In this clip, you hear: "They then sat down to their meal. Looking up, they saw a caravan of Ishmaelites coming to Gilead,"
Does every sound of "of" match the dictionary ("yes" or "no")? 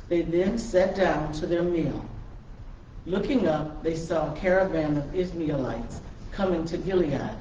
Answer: yes